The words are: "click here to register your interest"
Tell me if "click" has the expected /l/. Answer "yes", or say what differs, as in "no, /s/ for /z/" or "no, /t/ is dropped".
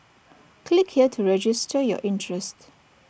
yes